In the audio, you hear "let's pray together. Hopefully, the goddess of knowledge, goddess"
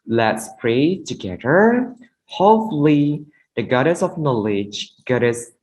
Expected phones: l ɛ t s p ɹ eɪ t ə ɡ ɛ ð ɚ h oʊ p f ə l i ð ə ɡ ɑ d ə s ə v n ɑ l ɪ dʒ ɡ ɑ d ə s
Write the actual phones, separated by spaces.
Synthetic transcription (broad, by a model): l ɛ t s p ɹ eɪ t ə ɡ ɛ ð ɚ h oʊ f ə l i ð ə ɡ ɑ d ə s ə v n ɑ l ɪ dʒ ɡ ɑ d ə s